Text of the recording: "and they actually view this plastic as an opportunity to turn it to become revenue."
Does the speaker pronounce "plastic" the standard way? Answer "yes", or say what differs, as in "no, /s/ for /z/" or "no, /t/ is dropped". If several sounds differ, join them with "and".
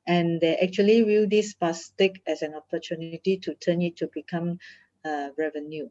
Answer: no, /l/ is dropped